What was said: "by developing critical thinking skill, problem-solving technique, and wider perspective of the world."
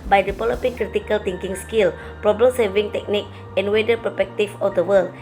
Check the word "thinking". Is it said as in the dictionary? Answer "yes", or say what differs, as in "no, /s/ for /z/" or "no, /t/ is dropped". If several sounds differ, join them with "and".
no, /t/ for /θ/